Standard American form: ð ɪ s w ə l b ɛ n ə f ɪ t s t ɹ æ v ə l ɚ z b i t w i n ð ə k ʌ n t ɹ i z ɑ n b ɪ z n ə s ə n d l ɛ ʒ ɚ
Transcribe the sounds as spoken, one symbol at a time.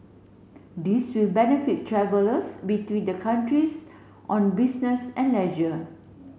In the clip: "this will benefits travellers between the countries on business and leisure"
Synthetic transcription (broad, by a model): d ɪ s w ə l b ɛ n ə f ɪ t t ɹ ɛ v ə l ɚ s b i t w i n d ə k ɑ n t ɹ i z ɑ n b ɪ s n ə s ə n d l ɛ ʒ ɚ